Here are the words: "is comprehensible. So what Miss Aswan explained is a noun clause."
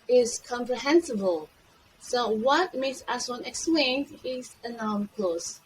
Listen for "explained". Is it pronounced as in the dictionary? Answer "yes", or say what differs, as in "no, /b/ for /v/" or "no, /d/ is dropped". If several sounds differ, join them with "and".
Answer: yes